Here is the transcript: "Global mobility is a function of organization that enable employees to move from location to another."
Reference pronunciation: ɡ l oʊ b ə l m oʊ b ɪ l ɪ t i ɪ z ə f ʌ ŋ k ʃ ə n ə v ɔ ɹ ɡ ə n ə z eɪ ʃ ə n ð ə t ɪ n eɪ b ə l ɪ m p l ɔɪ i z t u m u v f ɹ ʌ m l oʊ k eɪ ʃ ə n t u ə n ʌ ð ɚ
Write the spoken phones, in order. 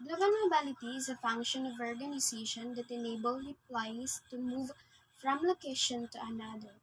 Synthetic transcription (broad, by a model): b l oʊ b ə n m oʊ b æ l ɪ t i ɪ z ə f ʌ ŋ k ʃ ə n ə v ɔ ɹ ɡ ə n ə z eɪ ʃ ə n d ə t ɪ n eɪ b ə l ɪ p l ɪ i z t u m u v f ɹ ʌ m l oʊ k eɪ ʃ ə n t u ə n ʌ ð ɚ